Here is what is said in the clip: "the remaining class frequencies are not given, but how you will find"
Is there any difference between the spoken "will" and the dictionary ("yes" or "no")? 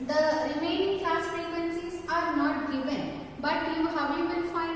yes